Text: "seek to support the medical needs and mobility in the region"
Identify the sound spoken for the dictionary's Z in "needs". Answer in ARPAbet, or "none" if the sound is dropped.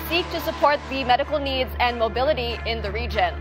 Z